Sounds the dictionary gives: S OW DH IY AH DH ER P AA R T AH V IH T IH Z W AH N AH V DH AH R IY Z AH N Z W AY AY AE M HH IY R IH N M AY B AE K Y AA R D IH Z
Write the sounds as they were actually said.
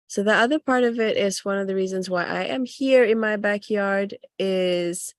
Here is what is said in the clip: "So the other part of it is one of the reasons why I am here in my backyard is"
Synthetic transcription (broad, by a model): S OW DH IY AH DH ER P AA R T AH V IH T IH Z W AH N AH V DH AH R IY Z AH N Z W AY AY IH M HH IY R IH N M AY B AE K Y AA R D IH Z